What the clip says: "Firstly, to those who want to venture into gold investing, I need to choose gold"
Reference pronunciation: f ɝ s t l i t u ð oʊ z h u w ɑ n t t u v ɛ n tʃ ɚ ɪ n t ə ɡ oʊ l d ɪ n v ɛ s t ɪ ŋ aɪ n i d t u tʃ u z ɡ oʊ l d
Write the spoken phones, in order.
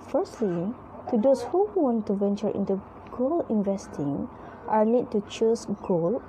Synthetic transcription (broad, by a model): f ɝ s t l i t u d oʊ s h u w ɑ n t t u v ɛ n tʃ ɚ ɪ n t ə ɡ oʊ l ɪ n v ɛ s t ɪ ŋ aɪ n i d t u tʃ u s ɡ oʊ l